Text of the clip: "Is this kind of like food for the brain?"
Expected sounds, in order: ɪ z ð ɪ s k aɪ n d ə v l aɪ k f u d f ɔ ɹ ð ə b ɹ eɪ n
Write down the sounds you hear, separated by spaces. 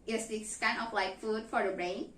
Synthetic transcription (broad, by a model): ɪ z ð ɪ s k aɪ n ə p l aɪ k f u d f ɔ ɹ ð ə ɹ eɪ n